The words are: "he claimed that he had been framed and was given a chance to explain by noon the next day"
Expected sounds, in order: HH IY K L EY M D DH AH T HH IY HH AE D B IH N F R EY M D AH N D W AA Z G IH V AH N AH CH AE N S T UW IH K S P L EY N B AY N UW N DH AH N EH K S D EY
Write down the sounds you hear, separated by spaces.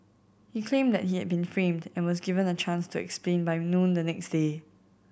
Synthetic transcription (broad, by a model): HH IY K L EY M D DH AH T HH IY HH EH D B IH N F R EY M D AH N W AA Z G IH V AH N AH CH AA N S T UW IH K S P L EY N B AY N UW N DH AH N EH K S D EY